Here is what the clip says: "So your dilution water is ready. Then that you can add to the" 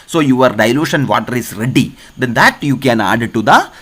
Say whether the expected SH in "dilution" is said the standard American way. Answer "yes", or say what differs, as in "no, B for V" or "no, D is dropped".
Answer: yes